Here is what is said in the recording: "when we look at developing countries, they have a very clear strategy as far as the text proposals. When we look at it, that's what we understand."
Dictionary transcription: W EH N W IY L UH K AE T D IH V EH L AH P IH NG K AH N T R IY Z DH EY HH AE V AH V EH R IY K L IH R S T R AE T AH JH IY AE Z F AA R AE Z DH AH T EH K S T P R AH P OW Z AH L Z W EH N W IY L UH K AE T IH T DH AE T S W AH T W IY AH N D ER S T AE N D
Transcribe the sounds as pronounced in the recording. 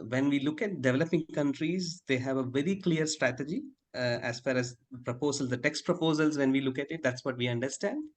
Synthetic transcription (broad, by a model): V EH N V IY L UH K AE T D IH V EH L AH P IH NG K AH N T R IY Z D EY HH AE V AH V EH R IY K L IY R S T R AE T AH JH IY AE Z F AA R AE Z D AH T EH K S T P R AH P OW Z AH L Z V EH N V IY L UH K AE T IH T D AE T S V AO T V IY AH N D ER S T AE N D